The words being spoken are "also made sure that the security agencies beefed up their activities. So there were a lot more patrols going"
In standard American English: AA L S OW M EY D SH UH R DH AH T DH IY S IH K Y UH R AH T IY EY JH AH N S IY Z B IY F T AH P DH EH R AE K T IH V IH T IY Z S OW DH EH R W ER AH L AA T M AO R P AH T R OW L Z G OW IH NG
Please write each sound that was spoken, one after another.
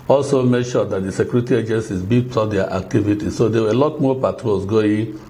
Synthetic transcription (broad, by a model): AA L S OW M EY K SH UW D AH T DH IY S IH K Y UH R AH T IY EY JH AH N S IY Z B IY T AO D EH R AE K T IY V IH T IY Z S OW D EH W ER AH L AA T M AO P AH T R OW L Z G OW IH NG